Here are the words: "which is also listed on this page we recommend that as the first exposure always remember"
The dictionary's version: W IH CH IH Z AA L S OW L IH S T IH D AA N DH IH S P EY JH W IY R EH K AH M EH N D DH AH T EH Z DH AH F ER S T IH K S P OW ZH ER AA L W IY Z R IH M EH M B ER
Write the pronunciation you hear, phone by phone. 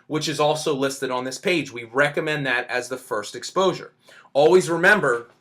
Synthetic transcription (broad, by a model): W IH CH IH Z AA L S OW L IH S T IH D N DH IH S P EY JH W IY R EH K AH M EH N DH AH T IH Z DH AH F ER S T IH K S P OW ZH ER AA L W IY Z R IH M EH M B ER